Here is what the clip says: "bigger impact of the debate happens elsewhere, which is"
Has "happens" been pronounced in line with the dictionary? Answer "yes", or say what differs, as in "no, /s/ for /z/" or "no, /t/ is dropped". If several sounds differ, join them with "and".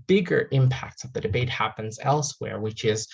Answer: yes